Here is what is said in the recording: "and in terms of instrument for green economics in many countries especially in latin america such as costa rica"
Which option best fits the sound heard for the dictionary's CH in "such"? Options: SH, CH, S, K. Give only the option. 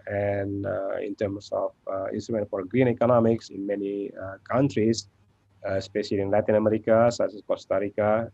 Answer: S